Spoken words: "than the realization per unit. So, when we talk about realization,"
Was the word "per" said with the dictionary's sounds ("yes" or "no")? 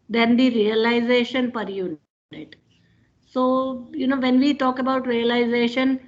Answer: yes